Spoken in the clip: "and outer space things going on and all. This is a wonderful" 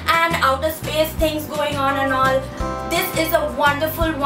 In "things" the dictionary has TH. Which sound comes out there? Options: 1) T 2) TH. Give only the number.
1